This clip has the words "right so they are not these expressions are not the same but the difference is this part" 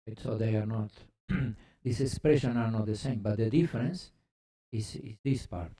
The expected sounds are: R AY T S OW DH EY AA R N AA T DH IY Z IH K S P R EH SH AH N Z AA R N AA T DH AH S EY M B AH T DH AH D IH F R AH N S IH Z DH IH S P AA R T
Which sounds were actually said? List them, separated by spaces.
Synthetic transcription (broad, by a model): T S OW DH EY AA R N AA T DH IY S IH K S P R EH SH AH N AA R N AA T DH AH S EY M B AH T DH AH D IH F R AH N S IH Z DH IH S P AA R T